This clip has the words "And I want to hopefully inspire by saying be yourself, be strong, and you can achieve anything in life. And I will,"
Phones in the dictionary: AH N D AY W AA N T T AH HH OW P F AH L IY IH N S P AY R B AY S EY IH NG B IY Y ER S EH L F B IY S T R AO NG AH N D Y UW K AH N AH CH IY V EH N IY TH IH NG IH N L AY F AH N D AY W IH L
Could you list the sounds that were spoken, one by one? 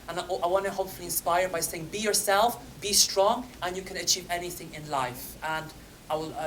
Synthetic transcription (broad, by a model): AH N AY W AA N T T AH HH OW P F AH L IY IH N S P AY R B AY S EY IH NG B IY Y ER S EH L F B IY S T R AO NG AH N Y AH K AH N AH CH IY V EH N IY TH IH NG IH N L AY F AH N AY W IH L